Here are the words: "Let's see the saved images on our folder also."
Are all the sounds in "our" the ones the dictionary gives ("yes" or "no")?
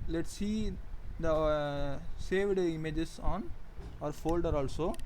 yes